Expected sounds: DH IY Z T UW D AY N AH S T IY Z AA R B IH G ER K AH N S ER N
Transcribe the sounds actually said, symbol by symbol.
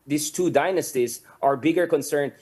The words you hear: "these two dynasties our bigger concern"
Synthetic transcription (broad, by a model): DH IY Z T UW D AY N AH S T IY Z AA R B IH G ER K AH N S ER N